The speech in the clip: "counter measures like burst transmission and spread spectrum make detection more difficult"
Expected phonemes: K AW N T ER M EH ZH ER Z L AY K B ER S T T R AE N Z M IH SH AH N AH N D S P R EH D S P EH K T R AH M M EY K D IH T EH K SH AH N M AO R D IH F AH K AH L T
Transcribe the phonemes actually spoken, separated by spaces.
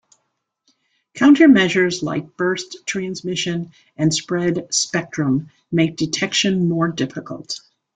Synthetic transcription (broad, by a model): K AW N T ER M EH ZH ER Z L AY K B ER S T T R AE N Z M IH SH AH N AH N S P R EH D S P EH K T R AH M M EY K D IH T EH K SH AH N M AO R D IH F AH K AH L T